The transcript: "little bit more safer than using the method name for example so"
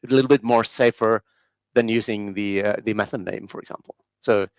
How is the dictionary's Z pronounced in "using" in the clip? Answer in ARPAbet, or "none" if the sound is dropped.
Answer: Z